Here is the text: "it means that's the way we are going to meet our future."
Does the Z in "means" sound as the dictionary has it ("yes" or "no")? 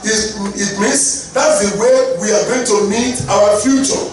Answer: no